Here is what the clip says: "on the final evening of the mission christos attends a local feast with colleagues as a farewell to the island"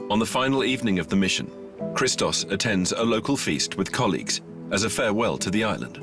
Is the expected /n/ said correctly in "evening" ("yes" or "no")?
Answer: yes